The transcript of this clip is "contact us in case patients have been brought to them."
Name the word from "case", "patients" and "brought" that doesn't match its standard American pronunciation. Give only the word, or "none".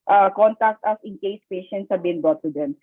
brought